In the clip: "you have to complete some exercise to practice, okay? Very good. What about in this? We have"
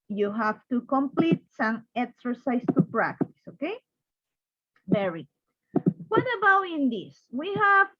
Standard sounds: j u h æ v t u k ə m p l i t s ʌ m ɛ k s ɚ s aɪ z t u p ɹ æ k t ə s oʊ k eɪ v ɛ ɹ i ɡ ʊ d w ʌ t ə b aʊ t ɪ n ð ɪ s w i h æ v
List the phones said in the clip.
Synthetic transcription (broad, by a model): j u h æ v t u k ə m p l i t s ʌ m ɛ k s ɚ s aɪ s t u p ɹ æ k t ə s oʊ k eɪ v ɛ ɹ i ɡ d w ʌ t ə b aʊ t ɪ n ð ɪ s w i h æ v